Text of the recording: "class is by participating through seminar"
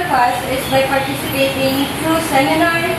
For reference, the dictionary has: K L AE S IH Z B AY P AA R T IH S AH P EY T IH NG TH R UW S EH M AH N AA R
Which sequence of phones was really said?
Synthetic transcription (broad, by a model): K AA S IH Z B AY P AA R T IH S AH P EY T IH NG T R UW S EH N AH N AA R